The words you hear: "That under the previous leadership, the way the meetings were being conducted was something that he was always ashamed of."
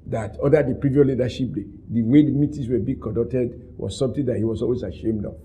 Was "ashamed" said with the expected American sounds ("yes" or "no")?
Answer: yes